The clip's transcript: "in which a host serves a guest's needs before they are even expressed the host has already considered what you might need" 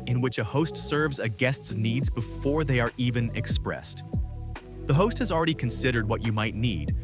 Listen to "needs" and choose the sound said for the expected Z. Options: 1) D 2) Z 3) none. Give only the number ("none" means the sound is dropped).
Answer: 2